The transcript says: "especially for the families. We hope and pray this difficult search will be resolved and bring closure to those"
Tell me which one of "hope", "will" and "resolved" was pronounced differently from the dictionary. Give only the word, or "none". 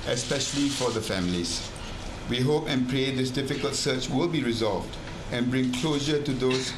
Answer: none